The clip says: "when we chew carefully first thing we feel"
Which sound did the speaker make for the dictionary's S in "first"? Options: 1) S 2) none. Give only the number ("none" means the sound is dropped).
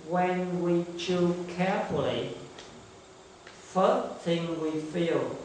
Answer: 2